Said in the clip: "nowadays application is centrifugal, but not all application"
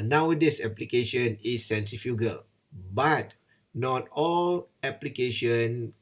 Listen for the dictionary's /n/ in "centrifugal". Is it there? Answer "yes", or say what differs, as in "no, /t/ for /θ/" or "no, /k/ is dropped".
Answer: yes